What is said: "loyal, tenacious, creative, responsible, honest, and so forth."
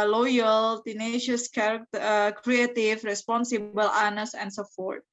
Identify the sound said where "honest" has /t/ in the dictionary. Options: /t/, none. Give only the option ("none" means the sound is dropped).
none